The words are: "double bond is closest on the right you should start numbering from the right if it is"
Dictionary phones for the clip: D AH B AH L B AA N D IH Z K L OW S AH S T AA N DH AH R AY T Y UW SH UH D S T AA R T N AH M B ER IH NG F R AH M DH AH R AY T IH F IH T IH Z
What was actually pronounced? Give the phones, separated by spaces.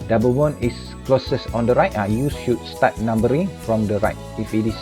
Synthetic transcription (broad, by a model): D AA B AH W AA N IH S K L OW S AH S AA N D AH R AY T Y UW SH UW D S T AA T N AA M B ER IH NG F R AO M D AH R AY T IH F IH T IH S